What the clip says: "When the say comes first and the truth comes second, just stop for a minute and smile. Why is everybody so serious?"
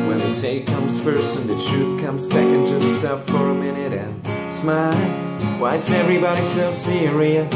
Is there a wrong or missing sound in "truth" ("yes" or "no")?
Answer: no